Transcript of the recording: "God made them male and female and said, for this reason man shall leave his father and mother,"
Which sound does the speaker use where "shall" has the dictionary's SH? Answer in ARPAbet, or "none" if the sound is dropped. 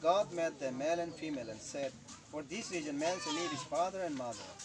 S